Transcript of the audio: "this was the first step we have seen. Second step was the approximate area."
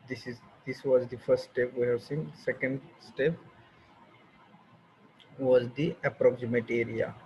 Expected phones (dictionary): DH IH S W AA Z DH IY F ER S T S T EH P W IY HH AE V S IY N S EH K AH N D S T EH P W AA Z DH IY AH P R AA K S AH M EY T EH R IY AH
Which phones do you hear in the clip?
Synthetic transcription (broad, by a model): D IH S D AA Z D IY F ER S T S T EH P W IY HH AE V S IY N S EH K AH N D S T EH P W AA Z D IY AH P R AA K S AH M EY T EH R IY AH